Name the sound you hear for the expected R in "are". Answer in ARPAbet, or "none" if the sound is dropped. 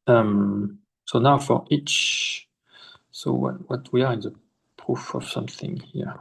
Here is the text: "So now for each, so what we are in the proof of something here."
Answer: R